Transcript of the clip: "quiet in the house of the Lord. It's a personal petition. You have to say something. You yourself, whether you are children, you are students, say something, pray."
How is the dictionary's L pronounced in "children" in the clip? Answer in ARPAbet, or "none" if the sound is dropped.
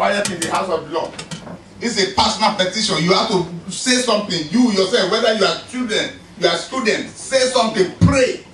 none